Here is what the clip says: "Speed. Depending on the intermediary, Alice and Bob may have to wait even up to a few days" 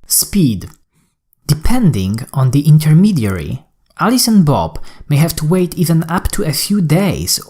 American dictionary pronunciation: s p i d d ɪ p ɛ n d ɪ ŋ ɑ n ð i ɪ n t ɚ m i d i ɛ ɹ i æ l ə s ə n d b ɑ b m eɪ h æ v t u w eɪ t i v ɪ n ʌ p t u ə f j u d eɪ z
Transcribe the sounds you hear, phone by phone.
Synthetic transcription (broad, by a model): s p i d d ɪ p ɛ n d ɪ ŋ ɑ n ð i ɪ n t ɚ m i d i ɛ ɹ i æ l ə s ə n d b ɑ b m eɪ h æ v t u w eɪ t i v ɪ n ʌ p t u ə f j u d eɪ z